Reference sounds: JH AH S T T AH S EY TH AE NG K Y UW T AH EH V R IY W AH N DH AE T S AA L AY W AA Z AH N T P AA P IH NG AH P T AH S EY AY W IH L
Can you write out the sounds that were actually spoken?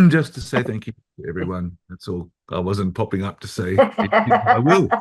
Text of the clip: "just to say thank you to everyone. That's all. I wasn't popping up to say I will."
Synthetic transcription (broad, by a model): JH AH S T T AH S EY TH AE NG K Y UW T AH EH V R IY W AH N DH AE T S AA L AY W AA Z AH N P AA P IH NG AH P T AH S EY AY W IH L